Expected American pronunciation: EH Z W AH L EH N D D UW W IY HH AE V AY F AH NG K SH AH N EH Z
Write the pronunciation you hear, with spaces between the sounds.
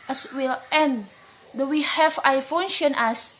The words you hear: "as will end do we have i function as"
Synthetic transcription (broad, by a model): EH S W AH L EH N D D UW W IY HH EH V AY F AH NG SH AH N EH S